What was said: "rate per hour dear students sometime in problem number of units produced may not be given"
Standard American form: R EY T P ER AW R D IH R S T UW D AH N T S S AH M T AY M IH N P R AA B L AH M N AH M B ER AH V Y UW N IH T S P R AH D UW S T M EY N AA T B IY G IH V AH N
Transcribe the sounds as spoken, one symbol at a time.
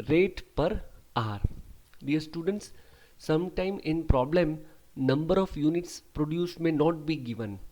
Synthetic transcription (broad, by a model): R EY T P ER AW R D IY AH S T UW D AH N T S S AH M T AY M IH N P R AA B L AH M N AH M B ER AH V Y UW N IH T S P R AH D UW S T M EY N AA T B IY G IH V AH N